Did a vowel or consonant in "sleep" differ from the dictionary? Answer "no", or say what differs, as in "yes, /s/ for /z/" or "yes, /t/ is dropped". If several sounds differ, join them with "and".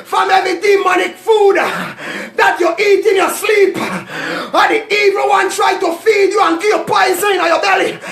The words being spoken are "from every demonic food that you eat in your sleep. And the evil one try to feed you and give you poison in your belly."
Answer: no